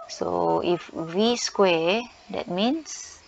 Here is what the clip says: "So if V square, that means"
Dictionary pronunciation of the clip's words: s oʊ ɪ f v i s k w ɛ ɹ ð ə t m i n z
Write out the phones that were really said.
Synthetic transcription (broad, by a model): s oʊ ɪ f w i s k w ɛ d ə t m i n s